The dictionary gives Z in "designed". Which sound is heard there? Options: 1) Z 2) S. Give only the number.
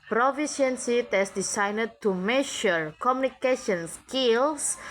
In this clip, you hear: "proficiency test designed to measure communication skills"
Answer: 2